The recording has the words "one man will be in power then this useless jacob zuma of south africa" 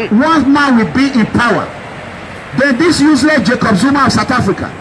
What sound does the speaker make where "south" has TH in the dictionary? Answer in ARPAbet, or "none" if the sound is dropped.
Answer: T